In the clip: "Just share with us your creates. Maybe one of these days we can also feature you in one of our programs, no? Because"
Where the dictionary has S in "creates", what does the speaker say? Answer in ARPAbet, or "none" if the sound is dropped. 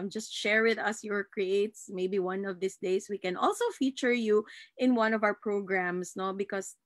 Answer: S